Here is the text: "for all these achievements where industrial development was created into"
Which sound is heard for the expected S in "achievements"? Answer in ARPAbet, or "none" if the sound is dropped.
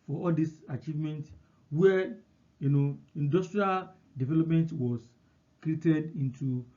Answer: none